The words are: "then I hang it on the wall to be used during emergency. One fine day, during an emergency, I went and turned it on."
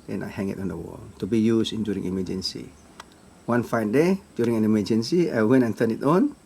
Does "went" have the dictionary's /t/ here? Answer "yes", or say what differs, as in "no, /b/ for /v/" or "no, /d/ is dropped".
no, /t/ is dropped